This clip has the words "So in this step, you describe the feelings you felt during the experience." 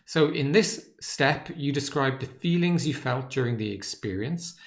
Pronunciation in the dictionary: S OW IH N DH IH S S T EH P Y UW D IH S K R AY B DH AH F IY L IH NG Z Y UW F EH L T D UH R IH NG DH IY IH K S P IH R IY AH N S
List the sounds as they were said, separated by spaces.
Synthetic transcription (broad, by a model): S OW IH N DH IH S S T EH P Y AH D IH S K R AY B DH AH F IY L IH NG Z Y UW F EH L T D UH R IH NG DH IY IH K S P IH R IY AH N S